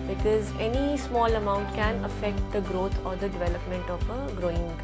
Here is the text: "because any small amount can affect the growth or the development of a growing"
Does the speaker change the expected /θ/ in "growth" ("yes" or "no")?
yes